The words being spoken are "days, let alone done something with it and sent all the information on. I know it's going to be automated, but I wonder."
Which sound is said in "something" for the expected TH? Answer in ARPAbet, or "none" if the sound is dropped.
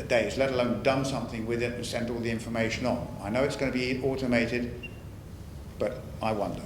TH